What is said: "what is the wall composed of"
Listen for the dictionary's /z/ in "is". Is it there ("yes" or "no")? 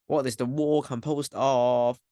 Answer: yes